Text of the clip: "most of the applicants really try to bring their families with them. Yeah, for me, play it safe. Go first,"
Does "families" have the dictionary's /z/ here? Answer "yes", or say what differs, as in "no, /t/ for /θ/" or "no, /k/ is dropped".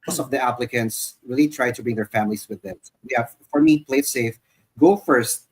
no, /s/ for /z/